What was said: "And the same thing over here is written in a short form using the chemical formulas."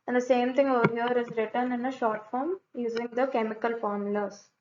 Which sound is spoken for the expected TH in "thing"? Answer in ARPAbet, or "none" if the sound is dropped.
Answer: T